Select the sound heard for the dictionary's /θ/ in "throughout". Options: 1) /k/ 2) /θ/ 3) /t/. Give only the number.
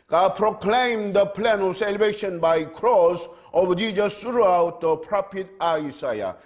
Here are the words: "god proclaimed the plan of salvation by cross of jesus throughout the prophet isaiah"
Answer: 3